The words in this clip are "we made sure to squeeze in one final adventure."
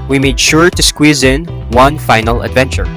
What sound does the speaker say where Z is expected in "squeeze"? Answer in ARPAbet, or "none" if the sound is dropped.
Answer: Z